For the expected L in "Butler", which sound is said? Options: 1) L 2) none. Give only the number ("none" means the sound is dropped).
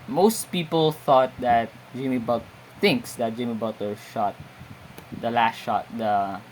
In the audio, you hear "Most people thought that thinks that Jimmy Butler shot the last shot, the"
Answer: 2